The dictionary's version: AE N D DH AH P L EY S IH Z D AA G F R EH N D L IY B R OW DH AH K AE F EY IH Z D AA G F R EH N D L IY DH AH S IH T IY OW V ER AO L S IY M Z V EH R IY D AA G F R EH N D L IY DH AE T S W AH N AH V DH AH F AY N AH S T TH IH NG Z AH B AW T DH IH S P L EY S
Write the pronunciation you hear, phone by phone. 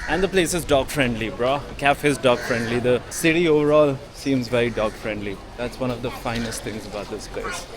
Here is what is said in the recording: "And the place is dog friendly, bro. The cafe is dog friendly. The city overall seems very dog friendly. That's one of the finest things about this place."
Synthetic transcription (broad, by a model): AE N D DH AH P L EY S IH Z D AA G F R EH N D L IY B R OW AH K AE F IH Z D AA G F R EH N D L IY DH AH S IH T IY OW V ER AO L S IY M Z V EH R IY D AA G F R EH N D L IY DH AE T S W AH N AH V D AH F AY N AH S T T IH NG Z AH B AW T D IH S P L EY S